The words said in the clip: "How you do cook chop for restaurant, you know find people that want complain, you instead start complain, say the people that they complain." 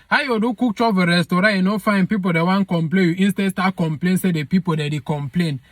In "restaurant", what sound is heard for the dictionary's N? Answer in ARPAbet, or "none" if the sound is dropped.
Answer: none